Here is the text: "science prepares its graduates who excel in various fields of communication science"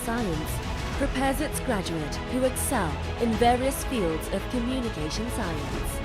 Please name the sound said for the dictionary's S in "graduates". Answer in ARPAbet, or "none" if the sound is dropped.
none